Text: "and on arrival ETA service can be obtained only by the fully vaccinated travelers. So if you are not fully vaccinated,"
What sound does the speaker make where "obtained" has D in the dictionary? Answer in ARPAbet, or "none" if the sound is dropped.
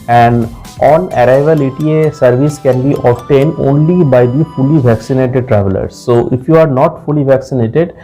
D